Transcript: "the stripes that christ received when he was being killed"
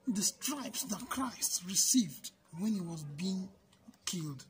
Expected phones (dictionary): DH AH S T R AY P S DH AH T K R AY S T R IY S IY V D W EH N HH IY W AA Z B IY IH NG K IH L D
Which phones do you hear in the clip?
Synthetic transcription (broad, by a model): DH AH S T R AY P S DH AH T K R AY S T R IY S IY V D W EH N HH IY W AA Z B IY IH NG K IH L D